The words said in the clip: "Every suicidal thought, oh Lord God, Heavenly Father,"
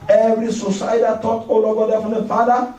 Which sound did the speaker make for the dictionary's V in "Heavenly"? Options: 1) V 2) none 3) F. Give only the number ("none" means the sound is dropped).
3